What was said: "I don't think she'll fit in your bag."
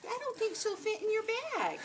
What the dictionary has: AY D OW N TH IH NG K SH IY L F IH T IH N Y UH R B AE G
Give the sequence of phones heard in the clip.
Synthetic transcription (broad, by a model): AY D OW N TH IH NG K S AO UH F IH T IH N Y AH R B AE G